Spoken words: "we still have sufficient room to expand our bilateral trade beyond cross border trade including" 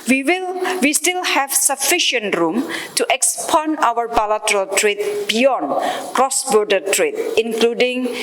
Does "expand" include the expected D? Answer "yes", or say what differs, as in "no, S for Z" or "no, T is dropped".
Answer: no, D is dropped